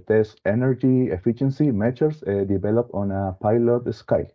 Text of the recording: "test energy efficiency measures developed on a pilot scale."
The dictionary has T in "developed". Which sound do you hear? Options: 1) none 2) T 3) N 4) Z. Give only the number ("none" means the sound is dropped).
1